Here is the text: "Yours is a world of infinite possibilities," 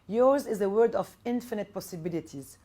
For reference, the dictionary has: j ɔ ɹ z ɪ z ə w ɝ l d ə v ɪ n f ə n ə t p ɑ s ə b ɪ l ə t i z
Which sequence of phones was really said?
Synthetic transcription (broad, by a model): j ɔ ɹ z ɪ z ə w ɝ d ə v ɪ n f ə n ə t p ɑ s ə b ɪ l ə t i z